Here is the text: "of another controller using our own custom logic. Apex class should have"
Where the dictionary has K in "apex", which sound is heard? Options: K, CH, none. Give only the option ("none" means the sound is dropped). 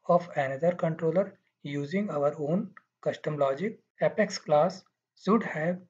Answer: K